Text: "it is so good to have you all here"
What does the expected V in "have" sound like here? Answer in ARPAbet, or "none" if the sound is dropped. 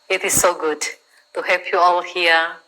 P